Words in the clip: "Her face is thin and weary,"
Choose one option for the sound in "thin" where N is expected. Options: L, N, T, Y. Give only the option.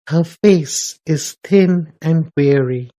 N